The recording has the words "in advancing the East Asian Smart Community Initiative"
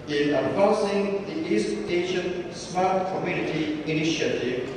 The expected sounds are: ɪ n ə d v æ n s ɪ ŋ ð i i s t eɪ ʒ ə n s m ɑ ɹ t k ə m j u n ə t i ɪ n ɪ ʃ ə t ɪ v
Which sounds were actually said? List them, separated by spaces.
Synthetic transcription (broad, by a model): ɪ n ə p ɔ s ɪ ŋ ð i i s t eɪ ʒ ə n s m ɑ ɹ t k ə m j u n ə t i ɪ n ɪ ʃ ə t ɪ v